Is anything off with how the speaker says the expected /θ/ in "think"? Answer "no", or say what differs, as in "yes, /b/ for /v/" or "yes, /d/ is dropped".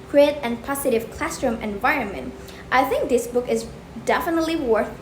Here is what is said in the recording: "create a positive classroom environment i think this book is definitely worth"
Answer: no